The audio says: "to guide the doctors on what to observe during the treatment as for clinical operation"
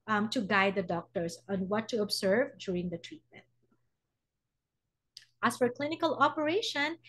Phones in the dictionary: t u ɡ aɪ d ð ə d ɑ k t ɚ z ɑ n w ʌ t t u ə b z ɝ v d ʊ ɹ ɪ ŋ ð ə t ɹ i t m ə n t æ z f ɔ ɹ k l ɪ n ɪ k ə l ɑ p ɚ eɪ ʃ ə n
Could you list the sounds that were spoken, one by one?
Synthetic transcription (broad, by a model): t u ɡ aɪ d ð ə d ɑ k t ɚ s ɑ n w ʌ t t u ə b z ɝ v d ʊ ɹ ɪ ŋ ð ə t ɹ i t m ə n t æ s f ɔ ɹ k l ɪ n ɪ k ə l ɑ p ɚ eɪ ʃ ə n